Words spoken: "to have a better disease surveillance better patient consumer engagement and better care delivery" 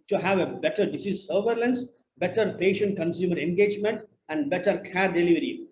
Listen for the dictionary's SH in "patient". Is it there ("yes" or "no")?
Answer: yes